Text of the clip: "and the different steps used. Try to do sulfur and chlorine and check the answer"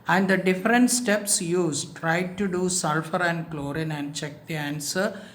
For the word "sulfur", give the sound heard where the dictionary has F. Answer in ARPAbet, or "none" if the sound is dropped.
F